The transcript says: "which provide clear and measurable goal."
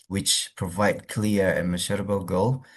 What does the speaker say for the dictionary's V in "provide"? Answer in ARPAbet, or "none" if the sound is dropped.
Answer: V